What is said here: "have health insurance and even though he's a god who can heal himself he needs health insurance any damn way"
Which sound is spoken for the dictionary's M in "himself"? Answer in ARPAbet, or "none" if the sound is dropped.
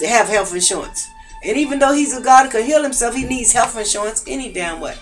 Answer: M